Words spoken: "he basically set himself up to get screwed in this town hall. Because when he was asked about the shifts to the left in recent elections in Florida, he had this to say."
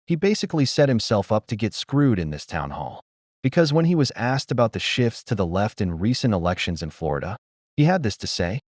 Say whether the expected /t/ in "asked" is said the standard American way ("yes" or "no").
yes